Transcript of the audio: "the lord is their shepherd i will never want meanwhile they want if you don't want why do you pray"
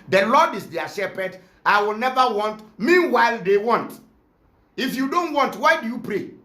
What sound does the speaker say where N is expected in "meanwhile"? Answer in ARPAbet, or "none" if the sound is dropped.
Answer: N